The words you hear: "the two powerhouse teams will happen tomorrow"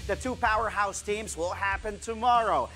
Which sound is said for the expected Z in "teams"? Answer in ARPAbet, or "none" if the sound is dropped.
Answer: Z